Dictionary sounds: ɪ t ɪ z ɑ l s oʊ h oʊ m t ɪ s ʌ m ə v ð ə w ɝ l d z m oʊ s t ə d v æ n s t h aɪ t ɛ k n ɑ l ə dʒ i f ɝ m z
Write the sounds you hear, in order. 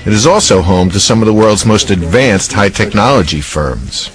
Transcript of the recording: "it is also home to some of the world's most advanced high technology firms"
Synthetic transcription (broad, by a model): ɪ t ɪ z ɑ l s oʊ h oʊ m t ɪ s ʌ m ə v ð ə w ɝ l d z m oʊ s t ə d v æ n s t h aɪ t ɛ k n ɑ l ə dʒ i f ɝ m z